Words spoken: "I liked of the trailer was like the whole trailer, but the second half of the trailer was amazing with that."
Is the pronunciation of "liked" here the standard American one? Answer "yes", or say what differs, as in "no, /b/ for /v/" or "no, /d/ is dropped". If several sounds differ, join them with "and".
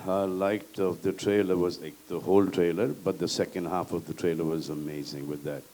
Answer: no, /k/ is dropped